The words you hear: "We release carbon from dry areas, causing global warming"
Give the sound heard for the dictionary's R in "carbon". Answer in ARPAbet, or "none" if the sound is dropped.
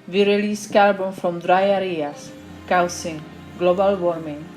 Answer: L